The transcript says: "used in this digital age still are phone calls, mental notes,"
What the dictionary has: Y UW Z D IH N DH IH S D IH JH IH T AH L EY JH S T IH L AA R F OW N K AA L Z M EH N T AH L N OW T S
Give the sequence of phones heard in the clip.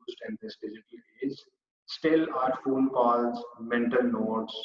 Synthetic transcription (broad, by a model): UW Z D IH N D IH S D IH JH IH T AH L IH Z S T IH L AA R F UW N K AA L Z M EH N T AH L N OW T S